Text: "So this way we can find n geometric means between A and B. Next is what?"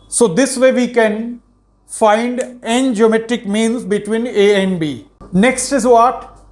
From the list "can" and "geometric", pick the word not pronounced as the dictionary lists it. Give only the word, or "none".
geometric